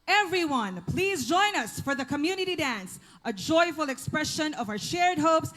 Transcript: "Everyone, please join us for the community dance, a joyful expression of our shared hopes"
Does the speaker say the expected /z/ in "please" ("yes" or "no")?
yes